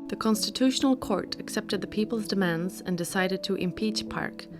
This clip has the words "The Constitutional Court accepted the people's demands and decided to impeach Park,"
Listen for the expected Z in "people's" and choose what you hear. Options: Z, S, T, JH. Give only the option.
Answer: Z